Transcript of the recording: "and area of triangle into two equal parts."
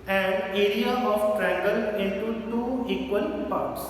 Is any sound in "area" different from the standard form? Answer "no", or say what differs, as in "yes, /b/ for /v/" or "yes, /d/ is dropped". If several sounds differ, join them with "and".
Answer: no